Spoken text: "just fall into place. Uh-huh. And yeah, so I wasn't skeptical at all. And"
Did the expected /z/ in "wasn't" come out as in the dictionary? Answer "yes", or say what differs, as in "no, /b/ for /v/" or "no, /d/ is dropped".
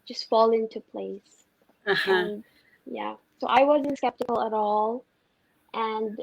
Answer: yes